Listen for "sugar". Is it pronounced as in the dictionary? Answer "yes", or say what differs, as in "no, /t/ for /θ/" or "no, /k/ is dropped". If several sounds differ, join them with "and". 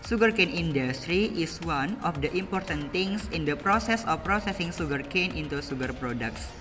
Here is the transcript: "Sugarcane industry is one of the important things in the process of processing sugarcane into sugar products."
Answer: no, /s/ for /ʃ/